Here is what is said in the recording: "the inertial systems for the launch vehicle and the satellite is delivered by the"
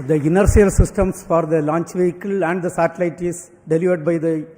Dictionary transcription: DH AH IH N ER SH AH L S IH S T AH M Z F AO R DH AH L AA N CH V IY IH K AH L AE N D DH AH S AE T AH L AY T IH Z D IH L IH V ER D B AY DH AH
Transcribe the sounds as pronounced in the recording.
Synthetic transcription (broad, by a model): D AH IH N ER S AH L S IH S T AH M S F AO R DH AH L AA N CH V IY IH K AH L AE N D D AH S AE T AH L AY T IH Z D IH L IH V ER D B AY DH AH